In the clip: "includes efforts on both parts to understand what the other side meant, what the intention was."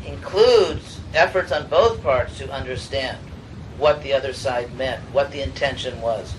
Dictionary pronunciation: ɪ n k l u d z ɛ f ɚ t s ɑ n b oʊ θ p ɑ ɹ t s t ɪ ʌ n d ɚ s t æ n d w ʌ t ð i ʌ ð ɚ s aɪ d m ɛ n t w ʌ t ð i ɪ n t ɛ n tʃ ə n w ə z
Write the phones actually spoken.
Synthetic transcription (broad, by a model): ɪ n k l u d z ɛ f ɚ t s n b oʊ θ p ɑ ɹ t s t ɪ ʌ n d ɚ s t æ n d w ʌ t ð i ʌ ð ɚ s aɪ d m ɛ n t w ʌ t ð i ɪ n t ɛ n ʃ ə n w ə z